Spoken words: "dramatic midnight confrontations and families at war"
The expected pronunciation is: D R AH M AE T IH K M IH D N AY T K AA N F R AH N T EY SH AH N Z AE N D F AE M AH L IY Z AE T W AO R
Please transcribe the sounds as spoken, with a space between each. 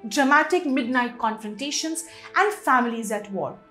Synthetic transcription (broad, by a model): D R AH M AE T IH K M IH D N AY T K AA N F R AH N T EY SH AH N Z AE N D F AE M AH L IY Z AE T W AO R